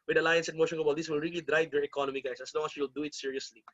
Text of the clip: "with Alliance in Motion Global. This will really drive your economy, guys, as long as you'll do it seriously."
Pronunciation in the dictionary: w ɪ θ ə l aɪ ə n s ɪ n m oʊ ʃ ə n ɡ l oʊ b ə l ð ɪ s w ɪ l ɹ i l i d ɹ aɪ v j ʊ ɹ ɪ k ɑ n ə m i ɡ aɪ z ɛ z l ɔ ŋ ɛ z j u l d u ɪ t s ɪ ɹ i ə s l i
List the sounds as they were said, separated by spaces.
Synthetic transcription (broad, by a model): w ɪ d ə l aɪ ə n s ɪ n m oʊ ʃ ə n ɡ oʊ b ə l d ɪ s w ɪ l ɹ i l i d ɹ aɪ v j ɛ ɹ ɪ k ɑ n ə m i ɡ aɪ s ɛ s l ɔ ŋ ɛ s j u l d u ɪ t s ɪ ɹ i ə s l i